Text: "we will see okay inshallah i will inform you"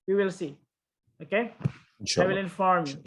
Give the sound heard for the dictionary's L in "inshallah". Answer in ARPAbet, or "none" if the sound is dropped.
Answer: none